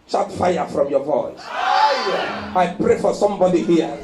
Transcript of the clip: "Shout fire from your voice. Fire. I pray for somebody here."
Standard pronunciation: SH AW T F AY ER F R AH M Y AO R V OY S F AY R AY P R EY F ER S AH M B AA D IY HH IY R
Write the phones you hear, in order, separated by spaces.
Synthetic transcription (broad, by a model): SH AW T F AY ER F R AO M Y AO V OY S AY AY P R EY F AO S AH M B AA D IY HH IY